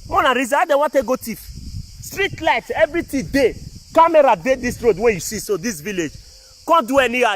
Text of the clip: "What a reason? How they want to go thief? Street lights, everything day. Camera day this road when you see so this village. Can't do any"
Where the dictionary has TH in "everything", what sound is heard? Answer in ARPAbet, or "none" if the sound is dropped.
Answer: T